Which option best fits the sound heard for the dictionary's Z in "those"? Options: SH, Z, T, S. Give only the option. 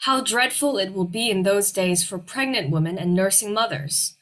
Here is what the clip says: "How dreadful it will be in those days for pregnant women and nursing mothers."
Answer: Z